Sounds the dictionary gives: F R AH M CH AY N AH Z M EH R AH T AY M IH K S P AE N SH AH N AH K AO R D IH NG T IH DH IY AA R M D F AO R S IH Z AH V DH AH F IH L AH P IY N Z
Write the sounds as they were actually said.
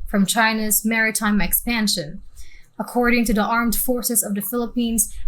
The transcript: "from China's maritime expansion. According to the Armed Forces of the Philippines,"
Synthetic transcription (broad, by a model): F R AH M CH AY N AH Z M EH R AH T AY M IH K S P AE N SH AH N AH K AO R D IH NG T IH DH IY AA R M D F AO R S IH Z AH V DH AH F IH L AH P IY N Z